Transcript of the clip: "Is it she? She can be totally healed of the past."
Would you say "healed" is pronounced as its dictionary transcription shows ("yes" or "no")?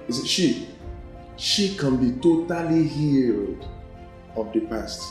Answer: yes